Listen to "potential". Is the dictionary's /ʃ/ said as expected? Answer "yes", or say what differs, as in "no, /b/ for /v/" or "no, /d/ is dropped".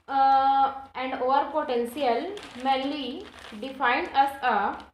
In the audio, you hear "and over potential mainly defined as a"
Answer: no, /s/ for /ʃ/